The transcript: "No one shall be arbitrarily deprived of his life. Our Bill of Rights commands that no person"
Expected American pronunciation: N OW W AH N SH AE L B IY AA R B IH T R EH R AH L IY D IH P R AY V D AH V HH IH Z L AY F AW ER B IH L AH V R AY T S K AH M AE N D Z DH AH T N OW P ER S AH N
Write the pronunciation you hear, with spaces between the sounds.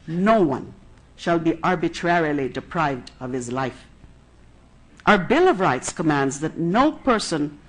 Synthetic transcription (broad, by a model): N OW W AH N SH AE L B IY AA R B IH T R EH R AH L IY D IH P R AY V D AH V HH IH Z L AY F AW ER B IH L AH V R AY T S K AH M AE N D Z DH AH T N OW P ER S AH N